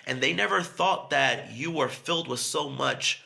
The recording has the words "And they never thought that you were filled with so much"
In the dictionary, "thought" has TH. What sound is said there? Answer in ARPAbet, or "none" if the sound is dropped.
TH